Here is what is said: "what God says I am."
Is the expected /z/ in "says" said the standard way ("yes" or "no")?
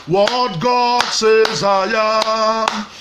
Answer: yes